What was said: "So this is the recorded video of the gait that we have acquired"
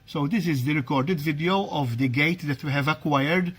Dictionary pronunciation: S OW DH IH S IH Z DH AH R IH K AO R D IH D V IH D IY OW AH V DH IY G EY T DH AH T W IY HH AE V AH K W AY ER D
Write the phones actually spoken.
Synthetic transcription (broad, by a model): S OW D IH S IH Z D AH R IH K AO R D IH D V IH D IY OW AH V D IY G EY T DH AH T W IY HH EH V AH K W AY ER D